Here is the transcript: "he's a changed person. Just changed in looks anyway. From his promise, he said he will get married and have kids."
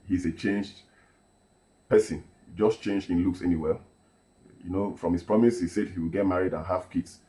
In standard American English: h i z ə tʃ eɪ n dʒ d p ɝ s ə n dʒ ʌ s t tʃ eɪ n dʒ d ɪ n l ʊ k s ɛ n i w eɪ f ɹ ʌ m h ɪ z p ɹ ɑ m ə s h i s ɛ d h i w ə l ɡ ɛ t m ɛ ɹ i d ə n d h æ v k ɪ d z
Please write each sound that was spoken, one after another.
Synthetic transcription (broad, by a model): h i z ə tʃ eɪ n dʒ d p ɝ s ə n dʒ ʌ s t tʃ eɪ n dʒ d ɪ n l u k s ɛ n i w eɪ f ɹ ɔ m h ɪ s p ɹ ɑ m ə s h i s ɛ d h i w ə l ɡ ɛ t m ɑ ɹ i d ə n h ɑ f k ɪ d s